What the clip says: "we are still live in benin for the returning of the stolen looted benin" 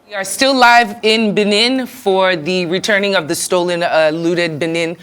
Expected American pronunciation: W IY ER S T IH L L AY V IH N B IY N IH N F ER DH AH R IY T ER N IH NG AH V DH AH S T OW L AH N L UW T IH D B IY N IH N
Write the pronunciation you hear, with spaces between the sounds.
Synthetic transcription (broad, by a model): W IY ER S T IH L L AY V IH N B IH N IH N F ER DH AH R IY T ER N IH NG AH V DH AH S T OW L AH N L UW T IH D B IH N IH N